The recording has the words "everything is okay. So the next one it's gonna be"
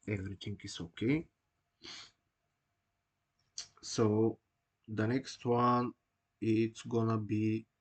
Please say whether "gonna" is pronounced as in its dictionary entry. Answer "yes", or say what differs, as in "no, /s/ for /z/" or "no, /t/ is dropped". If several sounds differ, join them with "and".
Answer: yes